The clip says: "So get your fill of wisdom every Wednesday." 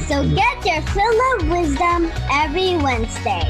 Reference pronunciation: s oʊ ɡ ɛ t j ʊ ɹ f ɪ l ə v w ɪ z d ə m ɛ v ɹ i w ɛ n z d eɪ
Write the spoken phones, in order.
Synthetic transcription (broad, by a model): s oʊ ɡ ɛ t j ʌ ɹ f ɪ l ə v w ɪ z d ə m ɛ v ɹ i w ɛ n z d eɪ